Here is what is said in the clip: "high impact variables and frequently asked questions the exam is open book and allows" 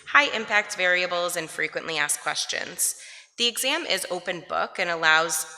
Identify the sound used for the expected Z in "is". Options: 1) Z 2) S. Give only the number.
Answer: 1